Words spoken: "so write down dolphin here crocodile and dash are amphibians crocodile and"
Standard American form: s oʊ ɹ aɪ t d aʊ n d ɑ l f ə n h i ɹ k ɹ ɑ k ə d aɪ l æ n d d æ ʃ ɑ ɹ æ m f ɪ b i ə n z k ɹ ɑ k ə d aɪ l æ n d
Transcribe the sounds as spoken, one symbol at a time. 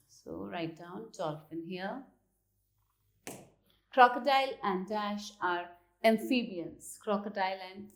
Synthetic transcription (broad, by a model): s oʊ ɹ aɪ t d aʊ n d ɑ l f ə n h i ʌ k ɹ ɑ k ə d aɪ l æ n d d æ ʃ ɑ ɹ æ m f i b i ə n s k ɹ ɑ k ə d aɪ l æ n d